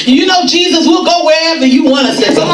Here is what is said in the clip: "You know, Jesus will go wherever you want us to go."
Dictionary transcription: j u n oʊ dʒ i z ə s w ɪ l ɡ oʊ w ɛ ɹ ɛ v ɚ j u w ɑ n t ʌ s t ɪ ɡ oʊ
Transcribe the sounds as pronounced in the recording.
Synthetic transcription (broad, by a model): j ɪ n oʊ dʒ i z ə s w ɪ l ɡ oʊ w ɛ ɹ ɛ v ɚ j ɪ w ɑ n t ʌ s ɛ ɪ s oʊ